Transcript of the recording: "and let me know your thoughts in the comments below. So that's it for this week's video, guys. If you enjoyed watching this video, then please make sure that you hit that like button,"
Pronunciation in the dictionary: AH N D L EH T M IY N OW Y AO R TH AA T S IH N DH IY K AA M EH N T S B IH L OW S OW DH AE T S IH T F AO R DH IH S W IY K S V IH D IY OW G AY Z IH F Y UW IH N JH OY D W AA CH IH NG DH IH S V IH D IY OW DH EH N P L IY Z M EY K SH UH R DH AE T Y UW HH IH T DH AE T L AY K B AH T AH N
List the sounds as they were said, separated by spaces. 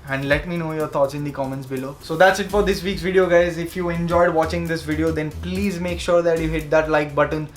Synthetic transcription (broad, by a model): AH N D L EH T M IY N OW Y AO R T AA T S IH N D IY K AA M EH N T S B IH L OW S OW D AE T S IH T F AO R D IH S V IY K S V IH D IY OW G AY Z IH F Y UW IH N JH OY D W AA CH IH NG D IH S V IH D IY OW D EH N P L IY Z M EY K SH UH R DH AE T Y UW HH IH T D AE T L AY K B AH T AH N